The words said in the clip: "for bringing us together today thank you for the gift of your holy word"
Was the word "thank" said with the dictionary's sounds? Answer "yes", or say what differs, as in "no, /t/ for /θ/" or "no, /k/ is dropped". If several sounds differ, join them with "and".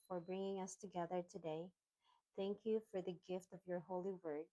yes